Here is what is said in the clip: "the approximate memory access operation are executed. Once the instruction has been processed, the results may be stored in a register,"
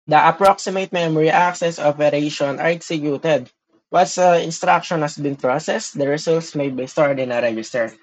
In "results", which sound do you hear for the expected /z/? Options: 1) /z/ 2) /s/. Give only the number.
2